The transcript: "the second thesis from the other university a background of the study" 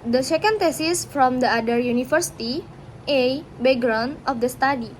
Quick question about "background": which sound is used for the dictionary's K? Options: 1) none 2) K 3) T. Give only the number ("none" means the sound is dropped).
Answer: 1